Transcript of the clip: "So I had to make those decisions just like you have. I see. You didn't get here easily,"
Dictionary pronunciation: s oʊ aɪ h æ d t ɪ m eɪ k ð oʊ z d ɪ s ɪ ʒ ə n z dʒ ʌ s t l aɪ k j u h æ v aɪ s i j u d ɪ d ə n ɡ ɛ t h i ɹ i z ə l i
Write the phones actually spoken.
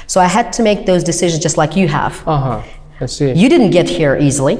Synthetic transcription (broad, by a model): s oʊ aɪ h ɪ d t ɪ m eɪ k ð oʊ z d ɪ s ɪ ʒ ə n z dʒ ʌ s t l aɪ k j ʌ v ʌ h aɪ s i j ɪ d ɪ d n ɡ ɛ t h i ɹ i z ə l i